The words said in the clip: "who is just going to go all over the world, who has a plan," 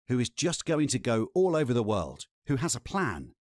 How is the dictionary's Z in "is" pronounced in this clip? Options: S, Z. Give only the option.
Z